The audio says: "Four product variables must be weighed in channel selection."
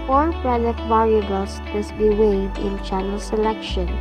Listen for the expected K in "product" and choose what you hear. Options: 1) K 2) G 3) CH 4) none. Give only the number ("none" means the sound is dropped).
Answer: 4